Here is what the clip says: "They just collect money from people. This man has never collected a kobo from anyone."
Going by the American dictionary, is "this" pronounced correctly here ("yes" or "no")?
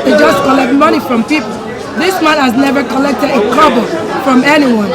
yes